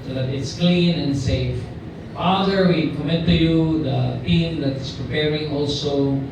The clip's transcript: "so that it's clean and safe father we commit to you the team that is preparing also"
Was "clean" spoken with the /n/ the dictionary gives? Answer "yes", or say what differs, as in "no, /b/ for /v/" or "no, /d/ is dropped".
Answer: yes